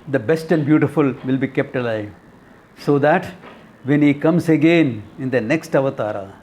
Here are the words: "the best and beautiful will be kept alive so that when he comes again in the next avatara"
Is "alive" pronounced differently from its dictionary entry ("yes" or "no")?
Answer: no